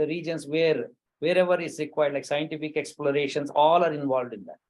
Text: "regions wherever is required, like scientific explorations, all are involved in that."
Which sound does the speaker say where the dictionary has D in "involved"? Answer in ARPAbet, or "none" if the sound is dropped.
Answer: D